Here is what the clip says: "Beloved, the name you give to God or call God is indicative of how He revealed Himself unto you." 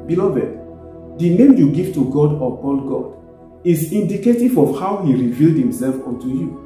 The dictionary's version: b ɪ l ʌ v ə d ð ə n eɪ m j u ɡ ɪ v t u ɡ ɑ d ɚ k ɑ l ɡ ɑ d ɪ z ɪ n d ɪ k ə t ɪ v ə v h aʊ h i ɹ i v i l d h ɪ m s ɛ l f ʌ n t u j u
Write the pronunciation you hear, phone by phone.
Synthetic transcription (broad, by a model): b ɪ l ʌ v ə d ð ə n eɪ m j u ɡ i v t u ɡ ɑ d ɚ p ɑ n ɡ ɑ d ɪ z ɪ n d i k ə t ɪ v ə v h aʊ h i ɹ i v i l d h ɪ m s ɛ l f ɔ n t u j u